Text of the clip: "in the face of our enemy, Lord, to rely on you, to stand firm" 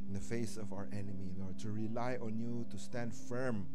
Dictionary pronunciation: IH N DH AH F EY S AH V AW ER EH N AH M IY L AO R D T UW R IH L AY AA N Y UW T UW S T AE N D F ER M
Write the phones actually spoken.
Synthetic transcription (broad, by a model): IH N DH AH F EY S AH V AW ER EH N AH M IY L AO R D T UW R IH L AY AA N Y UW T UW S T AE N D F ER M